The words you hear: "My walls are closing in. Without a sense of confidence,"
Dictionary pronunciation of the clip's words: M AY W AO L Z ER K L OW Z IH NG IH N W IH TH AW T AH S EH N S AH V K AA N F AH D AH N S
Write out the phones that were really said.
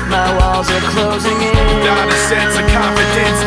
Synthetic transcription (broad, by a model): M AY W AO L Z ER K L OW Z IH NG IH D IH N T AH S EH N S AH K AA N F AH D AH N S